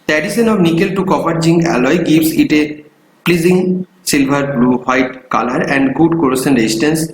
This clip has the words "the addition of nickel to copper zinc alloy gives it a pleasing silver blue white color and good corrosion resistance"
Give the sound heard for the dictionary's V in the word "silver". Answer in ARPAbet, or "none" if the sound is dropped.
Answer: B